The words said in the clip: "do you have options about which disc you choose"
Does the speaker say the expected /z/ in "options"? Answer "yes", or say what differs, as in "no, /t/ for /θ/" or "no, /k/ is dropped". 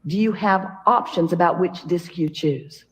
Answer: yes